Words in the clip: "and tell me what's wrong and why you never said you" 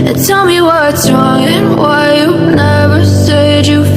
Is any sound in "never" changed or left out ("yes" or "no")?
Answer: no